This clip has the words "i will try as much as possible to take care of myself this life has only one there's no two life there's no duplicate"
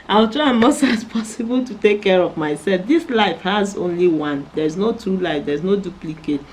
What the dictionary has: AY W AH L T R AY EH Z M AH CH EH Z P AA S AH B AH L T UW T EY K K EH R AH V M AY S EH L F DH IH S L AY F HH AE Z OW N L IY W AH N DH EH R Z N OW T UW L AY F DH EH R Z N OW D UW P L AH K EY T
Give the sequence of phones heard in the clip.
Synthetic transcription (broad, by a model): AY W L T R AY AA M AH S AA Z P AA S AH B AH L T UW T EY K K EH R AH V M AY S EH L F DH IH S L AY F HH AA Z OW N L IY W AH N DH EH R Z N OW T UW L AY F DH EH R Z N OW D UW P L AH K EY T